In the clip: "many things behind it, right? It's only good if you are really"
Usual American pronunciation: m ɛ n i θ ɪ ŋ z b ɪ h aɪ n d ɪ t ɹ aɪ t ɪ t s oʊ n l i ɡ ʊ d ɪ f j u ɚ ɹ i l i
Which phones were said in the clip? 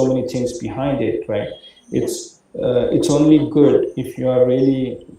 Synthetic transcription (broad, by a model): m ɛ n i t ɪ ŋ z b ɪ h aɪ n d ɪ t ɹ aɪ t ɪ t s oʊ n l i ɡ ʊ d ɪ f j u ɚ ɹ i l i